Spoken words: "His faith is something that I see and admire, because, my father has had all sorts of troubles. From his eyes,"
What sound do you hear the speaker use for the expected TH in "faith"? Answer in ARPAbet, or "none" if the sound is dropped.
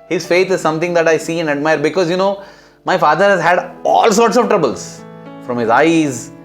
T